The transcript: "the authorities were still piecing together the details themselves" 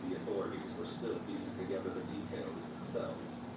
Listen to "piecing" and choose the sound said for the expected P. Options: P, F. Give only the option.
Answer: F